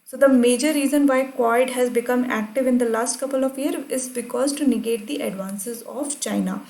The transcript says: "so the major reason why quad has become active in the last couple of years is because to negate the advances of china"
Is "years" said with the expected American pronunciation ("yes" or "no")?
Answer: no